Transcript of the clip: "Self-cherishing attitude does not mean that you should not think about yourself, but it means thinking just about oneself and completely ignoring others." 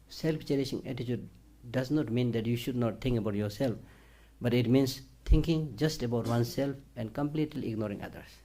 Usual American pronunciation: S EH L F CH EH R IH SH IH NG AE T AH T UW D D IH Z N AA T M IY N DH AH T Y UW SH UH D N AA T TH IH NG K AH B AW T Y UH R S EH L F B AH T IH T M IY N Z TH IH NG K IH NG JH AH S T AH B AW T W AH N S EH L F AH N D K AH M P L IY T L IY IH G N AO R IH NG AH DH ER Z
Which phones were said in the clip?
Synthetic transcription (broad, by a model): S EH L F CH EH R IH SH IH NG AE T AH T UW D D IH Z N AA T M IY N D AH T Y UW SH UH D N AA T T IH NG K AH B AW T Y UH R S EH L F B AH T IH T M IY N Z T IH NG K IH NG JH AH S T AH B AW T W AH N S EH L F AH N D K AH M P L IY T L IY IH G N AO R IH NG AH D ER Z